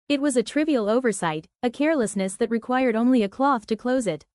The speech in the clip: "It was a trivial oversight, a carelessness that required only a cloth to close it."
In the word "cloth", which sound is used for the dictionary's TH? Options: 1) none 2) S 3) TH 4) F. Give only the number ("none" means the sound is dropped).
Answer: 3